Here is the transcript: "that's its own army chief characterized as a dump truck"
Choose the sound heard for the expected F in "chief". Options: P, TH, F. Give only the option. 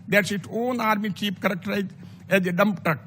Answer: P